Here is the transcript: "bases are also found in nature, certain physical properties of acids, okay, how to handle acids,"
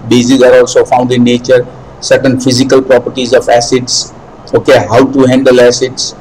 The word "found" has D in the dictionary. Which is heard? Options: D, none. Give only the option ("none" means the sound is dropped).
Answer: D